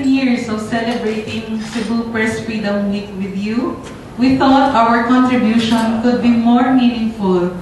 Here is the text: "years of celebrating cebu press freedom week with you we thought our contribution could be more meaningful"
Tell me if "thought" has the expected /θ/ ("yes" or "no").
no